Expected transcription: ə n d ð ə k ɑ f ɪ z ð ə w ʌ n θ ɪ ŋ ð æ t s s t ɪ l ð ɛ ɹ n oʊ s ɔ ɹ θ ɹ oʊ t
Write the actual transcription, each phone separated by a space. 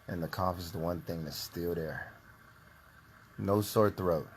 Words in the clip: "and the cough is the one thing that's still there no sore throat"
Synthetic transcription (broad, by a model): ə n ð ə k ɑ f ɪ z ð ə w ʌ n θ ɪ ŋ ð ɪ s s t ɪ l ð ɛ ɹ n oʊ s ɔ ɹ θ ɹ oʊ t